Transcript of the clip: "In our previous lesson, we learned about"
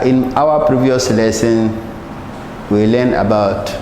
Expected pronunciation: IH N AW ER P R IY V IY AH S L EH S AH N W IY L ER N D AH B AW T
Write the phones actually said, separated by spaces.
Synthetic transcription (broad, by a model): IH N AW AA P R IY V IY AH S L EH S AH N W IY L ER N AH B AW T